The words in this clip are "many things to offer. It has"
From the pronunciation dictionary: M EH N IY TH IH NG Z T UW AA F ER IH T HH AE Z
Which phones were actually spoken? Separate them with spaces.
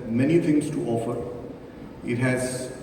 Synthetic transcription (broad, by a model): M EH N IY T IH NG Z T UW AA F ER IH T HH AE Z